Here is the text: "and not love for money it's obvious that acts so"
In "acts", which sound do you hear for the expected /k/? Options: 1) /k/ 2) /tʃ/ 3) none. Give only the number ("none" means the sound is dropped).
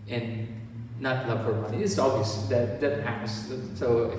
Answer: 3